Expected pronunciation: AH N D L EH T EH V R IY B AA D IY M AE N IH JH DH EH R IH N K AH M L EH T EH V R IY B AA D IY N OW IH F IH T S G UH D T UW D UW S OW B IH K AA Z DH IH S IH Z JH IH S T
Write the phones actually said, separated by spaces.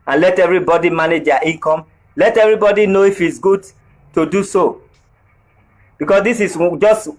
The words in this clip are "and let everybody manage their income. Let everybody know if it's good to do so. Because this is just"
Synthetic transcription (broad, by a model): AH N L EH T EH V R IY B AA D IY M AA N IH JH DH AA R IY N K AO M L EH T EH V R IY B AA D IY N OW IH F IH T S G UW D T UW D UW S OW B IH K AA S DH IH S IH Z JH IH S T